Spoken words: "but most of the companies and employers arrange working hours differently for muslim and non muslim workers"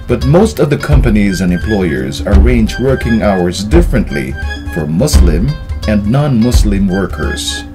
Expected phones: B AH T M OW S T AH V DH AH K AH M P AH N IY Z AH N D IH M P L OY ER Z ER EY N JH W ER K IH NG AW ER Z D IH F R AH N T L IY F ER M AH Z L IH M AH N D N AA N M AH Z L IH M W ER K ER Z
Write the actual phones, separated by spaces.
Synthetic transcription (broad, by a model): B AH T M OW S T AH V DH AH K AH M P AH N IY Z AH N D IH M P L OY ER Z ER EY N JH W ER K IH NG AW ER Z D IH F R AH N T L IY F ER M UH S L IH M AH N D N AA N M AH S L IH M W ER K ER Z